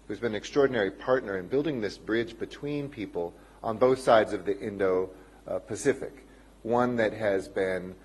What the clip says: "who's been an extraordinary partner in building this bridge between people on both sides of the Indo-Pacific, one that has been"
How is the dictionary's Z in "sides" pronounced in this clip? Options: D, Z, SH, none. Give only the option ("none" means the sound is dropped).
Z